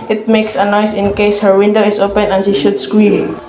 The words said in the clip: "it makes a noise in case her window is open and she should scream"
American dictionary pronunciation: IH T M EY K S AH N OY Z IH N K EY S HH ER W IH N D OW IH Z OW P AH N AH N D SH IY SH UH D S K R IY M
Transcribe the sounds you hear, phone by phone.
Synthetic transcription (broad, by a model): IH T M EY K S AH N OY S IH N K EY S HH ER W IH N D OW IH S OW P AH N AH N SH IY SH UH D S K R IY M